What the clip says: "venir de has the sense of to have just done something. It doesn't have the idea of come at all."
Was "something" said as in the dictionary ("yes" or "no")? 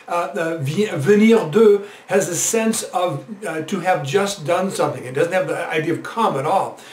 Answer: yes